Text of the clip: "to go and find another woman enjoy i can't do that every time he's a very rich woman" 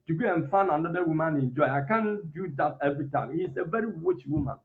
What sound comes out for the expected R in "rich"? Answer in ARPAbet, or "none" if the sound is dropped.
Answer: W